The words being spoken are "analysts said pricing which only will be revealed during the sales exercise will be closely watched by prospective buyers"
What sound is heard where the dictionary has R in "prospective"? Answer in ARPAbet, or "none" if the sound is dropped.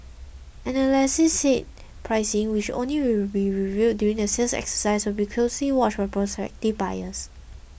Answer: R